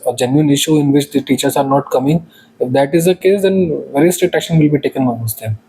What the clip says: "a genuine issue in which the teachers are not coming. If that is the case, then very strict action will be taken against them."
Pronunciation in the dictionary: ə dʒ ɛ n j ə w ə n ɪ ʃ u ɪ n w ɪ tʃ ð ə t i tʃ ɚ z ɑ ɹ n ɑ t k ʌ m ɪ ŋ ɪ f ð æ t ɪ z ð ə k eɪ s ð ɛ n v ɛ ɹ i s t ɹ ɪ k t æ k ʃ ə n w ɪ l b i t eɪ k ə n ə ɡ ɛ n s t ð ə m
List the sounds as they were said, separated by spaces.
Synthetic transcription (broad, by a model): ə dʒ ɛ n j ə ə n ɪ ʃ u ɪ n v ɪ tʃ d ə t i tʃ ɚ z ɑ ɹ n ɑ t k ʌ m ɪ ŋ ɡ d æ t ɪ z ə k eɪ s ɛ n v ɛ ɹ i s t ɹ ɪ t æ k ʃ ə n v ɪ l b i t eɪ k ə n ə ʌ s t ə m